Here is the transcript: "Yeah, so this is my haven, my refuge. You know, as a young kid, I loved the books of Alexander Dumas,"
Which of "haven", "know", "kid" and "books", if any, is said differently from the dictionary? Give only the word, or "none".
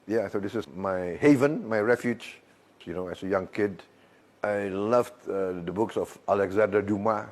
none